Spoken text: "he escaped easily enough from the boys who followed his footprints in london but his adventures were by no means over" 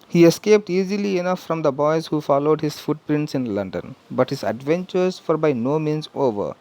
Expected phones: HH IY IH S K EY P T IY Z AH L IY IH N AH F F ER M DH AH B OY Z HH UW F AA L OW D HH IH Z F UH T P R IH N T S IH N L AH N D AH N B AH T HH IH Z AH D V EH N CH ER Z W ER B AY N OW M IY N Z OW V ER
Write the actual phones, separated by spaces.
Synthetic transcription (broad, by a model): HH IY IH S K EY P T IY Z AH L IY IH N AH F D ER M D AH B OY Z HH UW F AA L OW D HH IH Z F UH T P R IH N T S IH N L AH N D AH N B AH T HH IH Z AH D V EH N CH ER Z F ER B AY N OW M IY N Z OW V ER